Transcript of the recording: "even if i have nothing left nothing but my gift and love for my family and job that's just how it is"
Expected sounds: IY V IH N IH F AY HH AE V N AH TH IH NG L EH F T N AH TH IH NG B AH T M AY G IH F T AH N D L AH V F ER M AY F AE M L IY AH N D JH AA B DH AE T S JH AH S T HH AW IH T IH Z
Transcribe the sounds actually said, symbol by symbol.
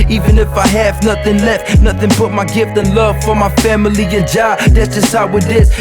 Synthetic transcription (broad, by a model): IY V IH N IH F AY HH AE V N AH TH IH NG L EH F T N AH TH IH NG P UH T M AY G IH F T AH N L AH V F ER M AY F AE M L IY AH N JH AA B DH AE T S JH AH S T HH AW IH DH IH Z